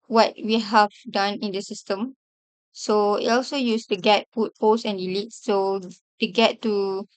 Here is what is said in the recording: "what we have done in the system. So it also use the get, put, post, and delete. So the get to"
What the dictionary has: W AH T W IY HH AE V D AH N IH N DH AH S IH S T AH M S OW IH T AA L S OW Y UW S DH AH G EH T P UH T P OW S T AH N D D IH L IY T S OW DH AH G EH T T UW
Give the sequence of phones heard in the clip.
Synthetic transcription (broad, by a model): W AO T W IY HH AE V D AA N IH N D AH S IH S T AH M S OW IH T AA L S OW Y UW S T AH G EH T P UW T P OW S AH N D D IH L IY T S OW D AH G EH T T UW